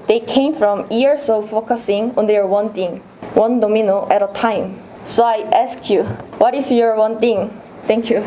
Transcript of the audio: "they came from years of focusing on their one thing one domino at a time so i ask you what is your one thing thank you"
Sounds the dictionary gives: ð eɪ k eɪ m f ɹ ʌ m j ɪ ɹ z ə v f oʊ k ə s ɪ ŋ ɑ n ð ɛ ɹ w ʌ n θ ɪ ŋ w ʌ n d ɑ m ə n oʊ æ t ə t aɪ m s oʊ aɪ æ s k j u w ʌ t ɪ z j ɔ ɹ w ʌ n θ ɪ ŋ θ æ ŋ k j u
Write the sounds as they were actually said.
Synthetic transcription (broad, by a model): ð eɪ k eɪ m f ɹ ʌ m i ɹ s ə f oʊ k ə s ɪ ŋ ɑ n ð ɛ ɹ w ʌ n t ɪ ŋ w ʌ n d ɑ m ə n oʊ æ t ə t aɪ m s oʊ aɪ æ s k j u w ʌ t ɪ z j ɔ ɹ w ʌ n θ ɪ ŋ t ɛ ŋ k j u